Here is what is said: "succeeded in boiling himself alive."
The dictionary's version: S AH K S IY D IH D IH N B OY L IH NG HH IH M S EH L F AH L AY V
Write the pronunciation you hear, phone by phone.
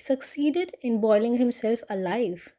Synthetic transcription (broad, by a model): S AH K S IY D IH D IH N B OY L IH NG HH IH M S EH L F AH L AY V